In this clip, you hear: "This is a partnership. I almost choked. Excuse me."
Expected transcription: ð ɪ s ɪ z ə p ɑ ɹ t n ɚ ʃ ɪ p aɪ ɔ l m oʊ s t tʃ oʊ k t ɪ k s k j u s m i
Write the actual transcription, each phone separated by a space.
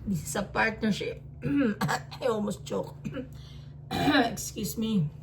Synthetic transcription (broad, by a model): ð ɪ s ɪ s ə p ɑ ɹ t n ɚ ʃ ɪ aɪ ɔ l m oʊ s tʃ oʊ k ɪ k s k j u s m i